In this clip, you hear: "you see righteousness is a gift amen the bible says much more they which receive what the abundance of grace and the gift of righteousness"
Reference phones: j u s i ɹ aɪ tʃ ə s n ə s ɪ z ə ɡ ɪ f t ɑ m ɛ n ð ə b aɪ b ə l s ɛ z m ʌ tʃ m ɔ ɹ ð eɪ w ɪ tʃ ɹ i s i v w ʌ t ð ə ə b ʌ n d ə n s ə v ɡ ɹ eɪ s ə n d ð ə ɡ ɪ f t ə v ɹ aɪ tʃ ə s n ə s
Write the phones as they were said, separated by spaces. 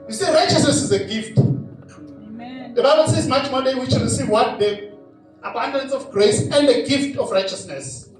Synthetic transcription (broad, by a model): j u s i ɹ aɪ tʃ ə s n ə s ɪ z ə ɡ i f t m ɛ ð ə b aɪ b ə l s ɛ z m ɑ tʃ m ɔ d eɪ w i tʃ ɹ i s i v w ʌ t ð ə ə b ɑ n d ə n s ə f ɡ ɹ eɪ s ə n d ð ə ɡ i f t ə f ɹ aɪ tʃ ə s n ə s